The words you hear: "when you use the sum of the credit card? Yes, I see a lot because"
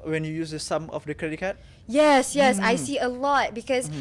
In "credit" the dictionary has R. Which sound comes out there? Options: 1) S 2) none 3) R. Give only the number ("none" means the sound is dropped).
3